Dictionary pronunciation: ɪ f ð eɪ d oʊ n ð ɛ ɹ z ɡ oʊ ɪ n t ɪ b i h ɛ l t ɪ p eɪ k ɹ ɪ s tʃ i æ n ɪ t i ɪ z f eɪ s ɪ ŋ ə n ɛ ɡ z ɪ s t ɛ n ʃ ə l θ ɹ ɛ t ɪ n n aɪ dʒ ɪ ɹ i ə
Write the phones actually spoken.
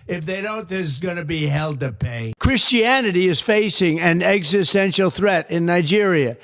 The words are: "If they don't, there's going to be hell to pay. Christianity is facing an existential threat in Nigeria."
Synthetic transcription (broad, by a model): ɪ f ð eɪ d oʊ n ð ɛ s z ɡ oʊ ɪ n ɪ b i h ɛ l t ɪ p eɪ k ɹ ɪ s tʃ i æ n ɪ t i ɪ z f eɪ s ɪ ŋ ə n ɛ ɡ z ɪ s t ɛ n ʃ l θ ɹ ɛ t ɪ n n aɪ dʒ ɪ ɹ i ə